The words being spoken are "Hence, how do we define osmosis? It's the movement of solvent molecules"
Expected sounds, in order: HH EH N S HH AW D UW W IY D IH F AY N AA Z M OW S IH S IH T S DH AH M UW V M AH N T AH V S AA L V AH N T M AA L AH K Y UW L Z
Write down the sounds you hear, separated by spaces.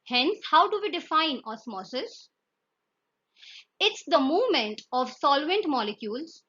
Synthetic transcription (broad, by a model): HH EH N S HH AW D UW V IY D IH F AY N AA S M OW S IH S IH T S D AH M UW V M AH N T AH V S AA L V AH N T M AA L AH K Y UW L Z